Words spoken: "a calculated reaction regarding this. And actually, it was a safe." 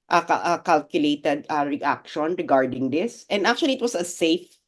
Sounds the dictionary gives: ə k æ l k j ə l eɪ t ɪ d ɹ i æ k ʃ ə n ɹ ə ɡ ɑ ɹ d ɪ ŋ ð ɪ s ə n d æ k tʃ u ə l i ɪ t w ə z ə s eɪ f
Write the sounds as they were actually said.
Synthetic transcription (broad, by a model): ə k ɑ l k j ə l eɪ t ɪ d ɹ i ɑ k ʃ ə n ɹ ə ɡ ɑ ɹ d ɪ ŋ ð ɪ s ə n d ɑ k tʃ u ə l i ɪ t w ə s ə s eɪ f